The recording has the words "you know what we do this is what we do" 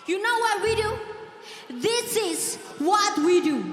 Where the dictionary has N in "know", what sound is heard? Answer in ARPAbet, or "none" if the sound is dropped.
N